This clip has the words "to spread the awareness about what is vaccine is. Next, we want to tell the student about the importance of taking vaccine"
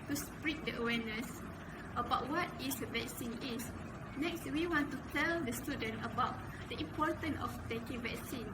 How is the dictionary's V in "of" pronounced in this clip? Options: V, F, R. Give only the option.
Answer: F